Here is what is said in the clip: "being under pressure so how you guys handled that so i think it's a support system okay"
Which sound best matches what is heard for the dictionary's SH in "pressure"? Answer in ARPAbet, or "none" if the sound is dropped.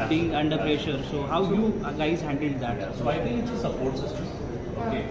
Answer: SH